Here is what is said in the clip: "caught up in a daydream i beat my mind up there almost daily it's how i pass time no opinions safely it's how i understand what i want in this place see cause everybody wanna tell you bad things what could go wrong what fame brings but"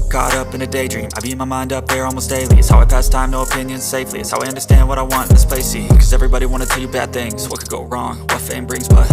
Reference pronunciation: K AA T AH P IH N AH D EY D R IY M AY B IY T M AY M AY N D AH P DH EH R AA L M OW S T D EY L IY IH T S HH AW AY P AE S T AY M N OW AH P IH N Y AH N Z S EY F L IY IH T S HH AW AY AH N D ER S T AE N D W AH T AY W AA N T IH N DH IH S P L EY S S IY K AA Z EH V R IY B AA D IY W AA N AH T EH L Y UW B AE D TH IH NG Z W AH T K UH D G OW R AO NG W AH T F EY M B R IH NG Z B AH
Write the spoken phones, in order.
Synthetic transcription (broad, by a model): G AA T AH P IH N AH D EY D R IY M AY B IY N M AY M AY N D AH P DH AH R AA L M OW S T D EY L IY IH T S HH AW AY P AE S T AY M N OW AH P IH N Y AH N Z S EY F L IY IH T S HH AW AY AH N D ER S T AE N D W AH T AY W AA N T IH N DH IH S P EY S S IY K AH Z EH V R IY B AA D IY W AA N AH T EH L Y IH B AE D TH IH NG Z W AH T K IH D G OW R AO NG W AH T F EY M B R IH NG Z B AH